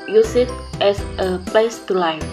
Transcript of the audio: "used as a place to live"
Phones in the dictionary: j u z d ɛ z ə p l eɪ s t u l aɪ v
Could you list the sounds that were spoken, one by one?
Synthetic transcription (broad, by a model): j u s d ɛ s ə p l eɪ s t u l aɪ